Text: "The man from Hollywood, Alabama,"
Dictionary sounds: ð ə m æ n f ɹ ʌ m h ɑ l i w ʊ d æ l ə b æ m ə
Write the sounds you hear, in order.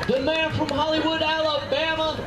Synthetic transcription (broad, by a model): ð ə m æ n f ɹ ʌ m h ɑ l i w ʊ d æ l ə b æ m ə